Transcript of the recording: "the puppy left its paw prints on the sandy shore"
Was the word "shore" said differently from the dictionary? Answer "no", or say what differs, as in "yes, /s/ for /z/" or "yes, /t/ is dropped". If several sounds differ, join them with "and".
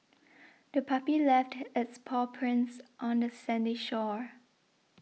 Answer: no